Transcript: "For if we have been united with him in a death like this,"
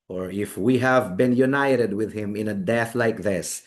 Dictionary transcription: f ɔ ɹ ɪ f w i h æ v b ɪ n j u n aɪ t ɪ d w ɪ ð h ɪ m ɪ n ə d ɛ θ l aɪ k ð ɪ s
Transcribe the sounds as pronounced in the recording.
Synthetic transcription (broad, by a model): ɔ ɹ ɪ f w i h æ v b ɪ n j u n aɪ t ɪ d w ɪ ð h ɪ m ɪ n ə d ɛ θ l aɪ k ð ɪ s